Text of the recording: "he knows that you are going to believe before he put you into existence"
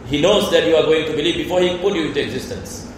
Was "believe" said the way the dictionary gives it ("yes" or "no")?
yes